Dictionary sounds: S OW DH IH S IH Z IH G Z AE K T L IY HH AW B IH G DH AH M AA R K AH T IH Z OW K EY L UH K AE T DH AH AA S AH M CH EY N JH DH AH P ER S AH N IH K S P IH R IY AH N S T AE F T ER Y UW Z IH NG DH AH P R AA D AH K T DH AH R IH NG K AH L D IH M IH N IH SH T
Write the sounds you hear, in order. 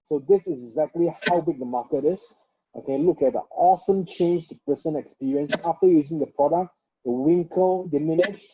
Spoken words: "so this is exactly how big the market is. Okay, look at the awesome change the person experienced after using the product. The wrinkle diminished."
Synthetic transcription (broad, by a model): S OW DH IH S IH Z IH G Z AE K T L IY HH AW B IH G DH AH M AA K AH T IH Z OW K EY L UH K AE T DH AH AA S AH M CH EY N JH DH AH P ER S AH N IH K S P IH R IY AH N S AE F T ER Y UW Z IH NG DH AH P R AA D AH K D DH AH W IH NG K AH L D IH M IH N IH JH